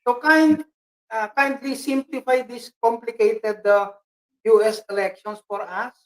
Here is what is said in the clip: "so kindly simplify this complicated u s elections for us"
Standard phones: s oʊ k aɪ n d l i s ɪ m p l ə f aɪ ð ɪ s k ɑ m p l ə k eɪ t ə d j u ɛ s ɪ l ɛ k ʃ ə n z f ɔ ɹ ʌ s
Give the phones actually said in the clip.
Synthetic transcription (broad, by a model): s oʊ k aɪ n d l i s ɪ m p l ə f aɪ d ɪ s k ɑ m p l ə k eɪ t ə d j u ɛ s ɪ l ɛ k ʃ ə n s f ɔ ɹ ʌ s